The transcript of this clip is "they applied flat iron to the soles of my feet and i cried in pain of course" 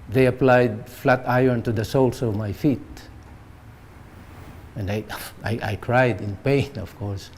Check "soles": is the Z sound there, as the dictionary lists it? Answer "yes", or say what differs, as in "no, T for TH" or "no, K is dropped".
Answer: no, S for Z